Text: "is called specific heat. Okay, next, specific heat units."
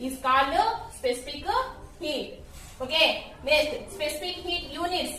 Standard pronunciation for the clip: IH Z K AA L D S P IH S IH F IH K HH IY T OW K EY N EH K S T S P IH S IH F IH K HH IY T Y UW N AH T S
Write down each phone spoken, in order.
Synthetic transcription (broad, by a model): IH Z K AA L S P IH S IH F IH K HH IY T OW K EY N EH S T S P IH S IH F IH K HH IY T Y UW N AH T S